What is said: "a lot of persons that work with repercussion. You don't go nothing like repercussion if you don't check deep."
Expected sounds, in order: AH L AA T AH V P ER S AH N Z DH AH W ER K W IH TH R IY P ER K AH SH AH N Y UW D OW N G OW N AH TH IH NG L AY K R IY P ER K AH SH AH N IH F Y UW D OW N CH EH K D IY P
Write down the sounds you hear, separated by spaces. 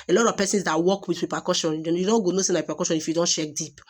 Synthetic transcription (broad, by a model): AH L AA T AH V P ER S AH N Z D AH W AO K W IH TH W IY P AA K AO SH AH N Y UW D OW N G OW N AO S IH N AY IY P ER K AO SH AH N IH F Y UW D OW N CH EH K D IY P